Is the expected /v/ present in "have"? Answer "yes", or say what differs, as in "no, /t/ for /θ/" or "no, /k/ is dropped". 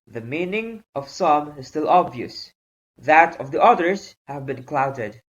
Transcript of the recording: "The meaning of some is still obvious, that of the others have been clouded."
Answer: yes